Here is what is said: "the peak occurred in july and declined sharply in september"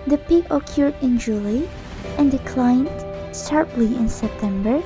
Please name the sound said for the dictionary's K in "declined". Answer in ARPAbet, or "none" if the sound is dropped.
K